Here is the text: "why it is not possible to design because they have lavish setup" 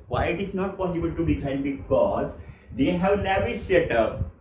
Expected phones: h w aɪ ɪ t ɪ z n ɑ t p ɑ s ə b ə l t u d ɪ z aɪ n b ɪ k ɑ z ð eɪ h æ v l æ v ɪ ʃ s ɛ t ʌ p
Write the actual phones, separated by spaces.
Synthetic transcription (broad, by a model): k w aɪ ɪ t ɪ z n ɑ t p ɑ s ə b ə l t u d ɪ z aɪ n b ɪ k ɑ z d eɪ h æ v n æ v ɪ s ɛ t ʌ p